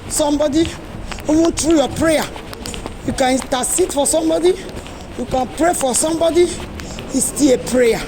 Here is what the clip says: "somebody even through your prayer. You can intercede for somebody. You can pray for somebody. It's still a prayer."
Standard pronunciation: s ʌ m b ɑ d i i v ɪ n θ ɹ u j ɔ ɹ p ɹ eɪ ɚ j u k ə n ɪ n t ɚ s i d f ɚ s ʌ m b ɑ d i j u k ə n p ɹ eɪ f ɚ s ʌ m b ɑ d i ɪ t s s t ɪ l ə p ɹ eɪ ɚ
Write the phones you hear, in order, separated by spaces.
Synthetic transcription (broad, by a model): s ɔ m b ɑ d i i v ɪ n t ɹ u j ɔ p ɹ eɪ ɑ j u k ə n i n t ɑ s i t f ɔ s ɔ m b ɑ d i j u k ə n p ɹ eɪ f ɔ s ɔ m b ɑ d i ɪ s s t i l ə p ɹ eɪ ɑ